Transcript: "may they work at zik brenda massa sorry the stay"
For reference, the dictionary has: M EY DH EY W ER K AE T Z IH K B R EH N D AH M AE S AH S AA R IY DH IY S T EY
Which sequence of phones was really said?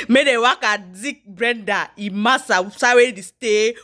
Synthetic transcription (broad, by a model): M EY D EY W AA K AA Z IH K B R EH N D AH M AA S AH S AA W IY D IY S T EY